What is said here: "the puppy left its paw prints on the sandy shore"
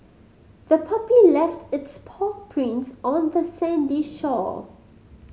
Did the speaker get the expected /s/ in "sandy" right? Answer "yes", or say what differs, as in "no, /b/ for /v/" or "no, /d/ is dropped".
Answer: yes